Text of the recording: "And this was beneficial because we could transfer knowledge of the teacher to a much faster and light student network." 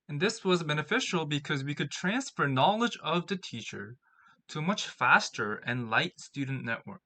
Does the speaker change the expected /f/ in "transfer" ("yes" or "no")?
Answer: no